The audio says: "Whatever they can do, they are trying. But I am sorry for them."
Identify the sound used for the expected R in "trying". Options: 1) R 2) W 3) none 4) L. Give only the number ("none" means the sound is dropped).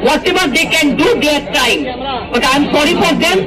3